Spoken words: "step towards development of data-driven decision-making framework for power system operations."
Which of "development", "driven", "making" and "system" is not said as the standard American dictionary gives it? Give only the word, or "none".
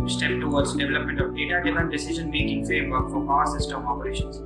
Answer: driven